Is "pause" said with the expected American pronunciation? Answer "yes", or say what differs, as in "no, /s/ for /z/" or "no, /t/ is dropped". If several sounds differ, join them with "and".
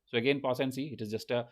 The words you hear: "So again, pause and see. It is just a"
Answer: no, /s/ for /z/